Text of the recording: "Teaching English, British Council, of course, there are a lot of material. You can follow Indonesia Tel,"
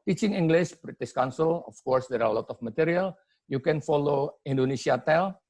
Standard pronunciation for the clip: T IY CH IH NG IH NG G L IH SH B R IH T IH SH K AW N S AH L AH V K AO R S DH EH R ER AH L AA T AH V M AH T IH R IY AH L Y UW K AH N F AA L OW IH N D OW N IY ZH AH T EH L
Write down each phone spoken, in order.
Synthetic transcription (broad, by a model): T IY CH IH NG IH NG G L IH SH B R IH T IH S K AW N S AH L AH F K AO R S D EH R AH L AA T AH F M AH T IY R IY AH L Y UW K AH N F AA L OW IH N D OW N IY S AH T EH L